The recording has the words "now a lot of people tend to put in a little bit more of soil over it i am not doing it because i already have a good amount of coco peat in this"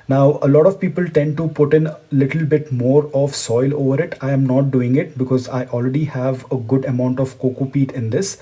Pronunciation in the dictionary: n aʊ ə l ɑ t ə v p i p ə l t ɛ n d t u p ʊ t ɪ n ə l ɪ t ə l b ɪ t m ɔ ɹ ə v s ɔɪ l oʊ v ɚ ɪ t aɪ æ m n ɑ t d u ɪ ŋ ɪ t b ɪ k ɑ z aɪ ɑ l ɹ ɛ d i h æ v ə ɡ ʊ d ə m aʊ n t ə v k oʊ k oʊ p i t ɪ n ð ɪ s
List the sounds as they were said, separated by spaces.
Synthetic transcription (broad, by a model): n aʊ ə l ɑ t ə v p i p ə l t ɛ n d t u p ʊ t ɪ n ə l ɪ t ə l b ɪ t m ɔ ɹ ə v s ɔɪ l oʊ v ɚ ɪ t aɪ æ m n ɑ t d u ɪ ŋ ɪ t b ɪ k ɑ z aɪ ɑ l ɹ ɛ d i h æ v ə ɡ ʊ d ə m aʊ n t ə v k oʊ k oʊ p i t ɪ n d ɪ s